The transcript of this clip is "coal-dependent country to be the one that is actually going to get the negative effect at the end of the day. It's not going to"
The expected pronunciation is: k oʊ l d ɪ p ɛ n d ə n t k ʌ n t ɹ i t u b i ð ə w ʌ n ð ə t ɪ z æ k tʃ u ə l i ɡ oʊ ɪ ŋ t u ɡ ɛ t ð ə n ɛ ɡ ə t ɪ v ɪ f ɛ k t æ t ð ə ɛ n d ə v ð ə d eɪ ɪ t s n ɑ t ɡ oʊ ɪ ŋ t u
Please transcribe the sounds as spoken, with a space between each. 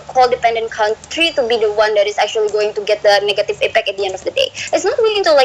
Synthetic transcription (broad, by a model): k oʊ l d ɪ p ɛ n d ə n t k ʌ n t ɹ i t u b i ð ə w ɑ n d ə t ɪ s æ k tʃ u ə l i ɡ oʊ ɪ ŋ t u ɡ ɛ t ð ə n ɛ ɡ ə t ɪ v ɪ p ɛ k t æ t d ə ɛ n d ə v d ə d eɪ ɪ t s n ɑ t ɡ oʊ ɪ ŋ t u